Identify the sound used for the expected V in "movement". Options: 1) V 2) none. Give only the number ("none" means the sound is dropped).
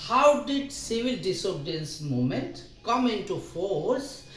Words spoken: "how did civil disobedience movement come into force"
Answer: 2